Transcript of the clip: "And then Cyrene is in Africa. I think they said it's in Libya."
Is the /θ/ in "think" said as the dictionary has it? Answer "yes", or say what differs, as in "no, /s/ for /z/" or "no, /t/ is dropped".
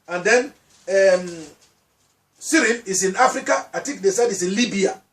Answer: no, /t/ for /θ/